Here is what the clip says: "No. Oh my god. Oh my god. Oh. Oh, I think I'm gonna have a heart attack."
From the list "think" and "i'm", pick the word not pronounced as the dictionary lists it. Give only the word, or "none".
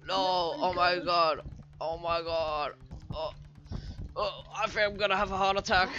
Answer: think